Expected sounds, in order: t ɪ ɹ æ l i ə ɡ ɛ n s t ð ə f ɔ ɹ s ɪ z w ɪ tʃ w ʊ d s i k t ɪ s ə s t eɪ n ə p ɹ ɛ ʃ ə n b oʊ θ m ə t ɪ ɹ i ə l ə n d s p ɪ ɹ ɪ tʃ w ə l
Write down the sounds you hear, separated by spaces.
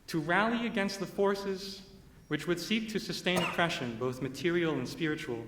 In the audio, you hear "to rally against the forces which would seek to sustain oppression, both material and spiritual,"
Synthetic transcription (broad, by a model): t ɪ ɹ æ l i ə ɡ ɛ n s t ð ə f ɔ ɹ s ɪ z w ɪ tʃ w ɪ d s i k t ɪ s ə s t eɪ n ə p ɹ ɛ ʃ ə n b oʊ θ m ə t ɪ ɹ i l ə n s p ɪ ɹ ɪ tʃ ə l